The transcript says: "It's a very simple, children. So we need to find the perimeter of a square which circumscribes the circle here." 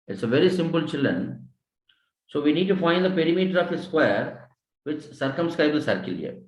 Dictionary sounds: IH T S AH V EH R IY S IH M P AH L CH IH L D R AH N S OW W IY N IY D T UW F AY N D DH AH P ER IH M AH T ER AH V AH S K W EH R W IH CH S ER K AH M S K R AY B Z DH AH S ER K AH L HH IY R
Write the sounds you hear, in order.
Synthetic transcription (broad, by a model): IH T S AH V EH R IY S IH M P AH L CH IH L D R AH N S OW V IY N IY D T UW F AY N D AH P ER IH M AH T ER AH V AH S K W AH R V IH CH S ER K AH M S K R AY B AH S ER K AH L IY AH